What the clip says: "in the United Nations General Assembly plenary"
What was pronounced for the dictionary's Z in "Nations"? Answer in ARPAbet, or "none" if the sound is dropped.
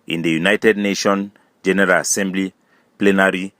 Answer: none